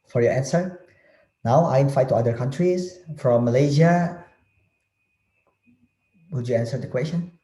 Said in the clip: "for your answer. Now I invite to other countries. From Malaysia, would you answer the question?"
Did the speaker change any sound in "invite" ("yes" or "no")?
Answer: yes